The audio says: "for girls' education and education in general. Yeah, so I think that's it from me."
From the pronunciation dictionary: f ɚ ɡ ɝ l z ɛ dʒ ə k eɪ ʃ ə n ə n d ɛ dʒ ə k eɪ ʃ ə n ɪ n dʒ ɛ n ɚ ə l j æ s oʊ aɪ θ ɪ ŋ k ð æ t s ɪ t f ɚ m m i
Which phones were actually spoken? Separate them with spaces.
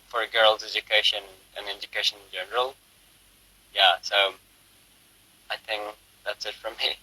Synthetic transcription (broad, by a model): f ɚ ɡ ɝ l z ɛ dʒ ə k eɪ ʃ ə n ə n ɛ dʒ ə k eɪ ə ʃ ɪ n dʒ ɛ n ɚ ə l j æ s oʊ aɪ θ ɪ ŋ k ð æ t s ɪ t f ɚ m m i